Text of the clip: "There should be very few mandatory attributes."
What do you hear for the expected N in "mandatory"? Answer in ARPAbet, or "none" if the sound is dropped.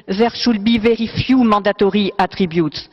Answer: none